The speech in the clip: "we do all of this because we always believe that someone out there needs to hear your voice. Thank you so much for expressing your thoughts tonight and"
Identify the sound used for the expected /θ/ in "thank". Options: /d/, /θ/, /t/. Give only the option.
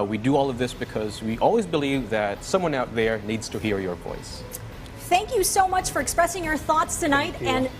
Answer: /θ/